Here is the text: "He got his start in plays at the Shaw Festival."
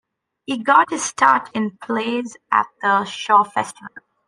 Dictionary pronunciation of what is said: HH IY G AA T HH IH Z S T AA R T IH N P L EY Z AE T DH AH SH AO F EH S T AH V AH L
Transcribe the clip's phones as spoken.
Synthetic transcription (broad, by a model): HH IY G AA T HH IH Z S T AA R T IH N P L EY Z AE T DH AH SH AO F EH S T AH V AH L